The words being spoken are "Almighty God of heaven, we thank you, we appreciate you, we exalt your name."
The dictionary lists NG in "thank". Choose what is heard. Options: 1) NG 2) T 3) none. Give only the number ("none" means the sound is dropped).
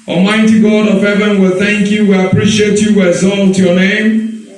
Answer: 1